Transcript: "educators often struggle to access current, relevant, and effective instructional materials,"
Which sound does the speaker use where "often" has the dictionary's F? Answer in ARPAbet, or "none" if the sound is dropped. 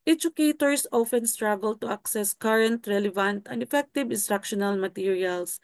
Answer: F